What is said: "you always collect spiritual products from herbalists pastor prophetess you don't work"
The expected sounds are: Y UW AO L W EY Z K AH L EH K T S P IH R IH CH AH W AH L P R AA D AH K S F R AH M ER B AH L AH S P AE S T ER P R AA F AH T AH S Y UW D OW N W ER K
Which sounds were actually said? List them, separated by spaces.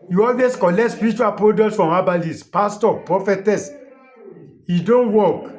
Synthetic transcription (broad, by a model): Y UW AO L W EY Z K AH L EH K T S P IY R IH CH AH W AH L P R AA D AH S F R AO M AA B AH L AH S P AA S T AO P R AA F AH T AH S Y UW D OW N W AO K